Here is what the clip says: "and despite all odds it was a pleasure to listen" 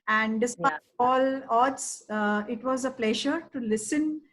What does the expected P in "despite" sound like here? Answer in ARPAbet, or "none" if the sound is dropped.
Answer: none